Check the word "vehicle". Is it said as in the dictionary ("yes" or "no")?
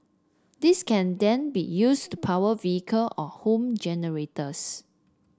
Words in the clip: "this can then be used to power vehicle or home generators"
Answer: yes